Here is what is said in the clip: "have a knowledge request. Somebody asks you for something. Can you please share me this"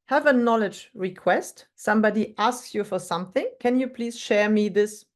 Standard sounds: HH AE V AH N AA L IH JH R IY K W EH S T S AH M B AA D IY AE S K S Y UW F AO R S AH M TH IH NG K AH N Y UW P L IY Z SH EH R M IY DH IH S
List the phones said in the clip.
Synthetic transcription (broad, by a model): HH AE V AH N AA L IH JH R IY K W EH S T S AH M B AA D IY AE S K S Y UW F AO R S AH M TH IH NG K AH N Y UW P L IY Z SH EH R M IY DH IH S